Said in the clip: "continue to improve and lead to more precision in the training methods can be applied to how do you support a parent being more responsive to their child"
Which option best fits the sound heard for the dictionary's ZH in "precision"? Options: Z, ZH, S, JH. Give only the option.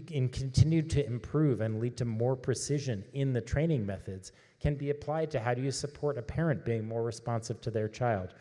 ZH